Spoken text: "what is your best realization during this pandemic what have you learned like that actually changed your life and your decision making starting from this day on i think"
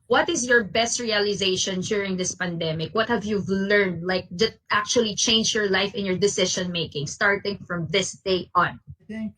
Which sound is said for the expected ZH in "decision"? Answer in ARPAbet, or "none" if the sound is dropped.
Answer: SH